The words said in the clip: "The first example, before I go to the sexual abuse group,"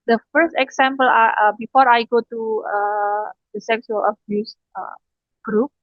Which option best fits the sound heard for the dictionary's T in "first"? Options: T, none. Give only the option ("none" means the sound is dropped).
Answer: T